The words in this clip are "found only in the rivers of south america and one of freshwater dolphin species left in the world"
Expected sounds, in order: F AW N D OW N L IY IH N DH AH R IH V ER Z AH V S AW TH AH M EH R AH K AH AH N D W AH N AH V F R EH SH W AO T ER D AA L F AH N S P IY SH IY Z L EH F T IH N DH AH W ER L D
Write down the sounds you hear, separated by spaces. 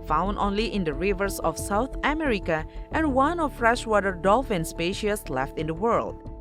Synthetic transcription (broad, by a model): F AW N D OW N L IY IH N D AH R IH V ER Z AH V S AW T AH M EH R AH K AH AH N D W AH N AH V F R EH SH W AO T ER D AA L F AH N S P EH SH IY S L EH F T IH N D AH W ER L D